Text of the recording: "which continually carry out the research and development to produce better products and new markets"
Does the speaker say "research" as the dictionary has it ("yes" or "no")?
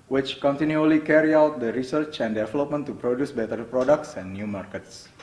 yes